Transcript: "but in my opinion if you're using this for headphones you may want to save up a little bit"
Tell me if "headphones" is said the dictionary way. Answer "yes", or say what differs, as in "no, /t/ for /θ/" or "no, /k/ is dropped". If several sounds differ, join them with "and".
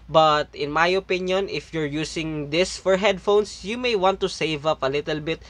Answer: no, /s/ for /z/